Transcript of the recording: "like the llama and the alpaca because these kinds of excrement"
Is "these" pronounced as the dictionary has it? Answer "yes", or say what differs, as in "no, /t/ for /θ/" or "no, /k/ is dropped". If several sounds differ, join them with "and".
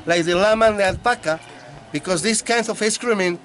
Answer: no, /s/ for /z/